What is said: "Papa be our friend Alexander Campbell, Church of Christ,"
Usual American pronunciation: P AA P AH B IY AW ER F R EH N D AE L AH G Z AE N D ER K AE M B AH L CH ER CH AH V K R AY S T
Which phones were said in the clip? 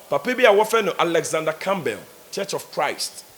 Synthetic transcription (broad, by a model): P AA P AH B IY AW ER F EH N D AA L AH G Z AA N D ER K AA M B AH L CH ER CH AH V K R AY S T